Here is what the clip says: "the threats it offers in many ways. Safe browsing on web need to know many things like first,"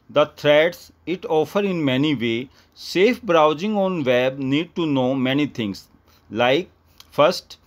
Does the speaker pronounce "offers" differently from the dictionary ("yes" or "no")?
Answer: yes